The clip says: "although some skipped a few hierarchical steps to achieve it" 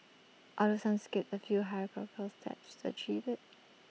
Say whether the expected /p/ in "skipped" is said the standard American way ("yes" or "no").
no